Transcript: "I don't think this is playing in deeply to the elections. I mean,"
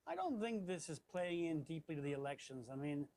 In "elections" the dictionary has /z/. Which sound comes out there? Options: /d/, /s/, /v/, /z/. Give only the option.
/z/